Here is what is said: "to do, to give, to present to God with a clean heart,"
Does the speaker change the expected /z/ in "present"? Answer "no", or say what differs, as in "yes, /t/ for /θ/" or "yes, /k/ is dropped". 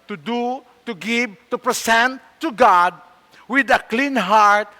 yes, /s/ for /z/